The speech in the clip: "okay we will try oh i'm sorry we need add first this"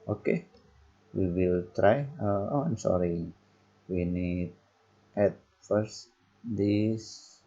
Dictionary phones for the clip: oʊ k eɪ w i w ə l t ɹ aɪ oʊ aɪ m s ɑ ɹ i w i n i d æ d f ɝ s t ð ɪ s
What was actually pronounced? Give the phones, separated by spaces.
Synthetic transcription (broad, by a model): oʊ k eɪ w i w ə l t ɹ aɪ oʊ aɪ m s ɑ ɹ i w i n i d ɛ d f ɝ s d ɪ s